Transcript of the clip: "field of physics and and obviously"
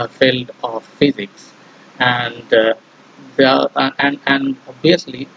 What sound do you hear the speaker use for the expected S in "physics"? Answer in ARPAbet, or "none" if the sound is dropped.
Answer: S